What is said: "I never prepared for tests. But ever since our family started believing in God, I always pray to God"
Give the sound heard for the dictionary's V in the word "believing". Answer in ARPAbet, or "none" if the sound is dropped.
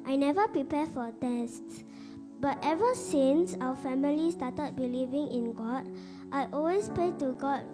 V